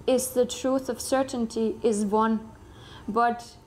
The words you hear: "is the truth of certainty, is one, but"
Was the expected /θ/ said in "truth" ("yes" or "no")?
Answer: yes